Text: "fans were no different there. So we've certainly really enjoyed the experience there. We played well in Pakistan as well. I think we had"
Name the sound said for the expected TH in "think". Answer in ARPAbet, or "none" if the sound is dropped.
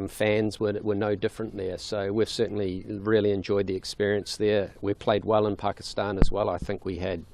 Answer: TH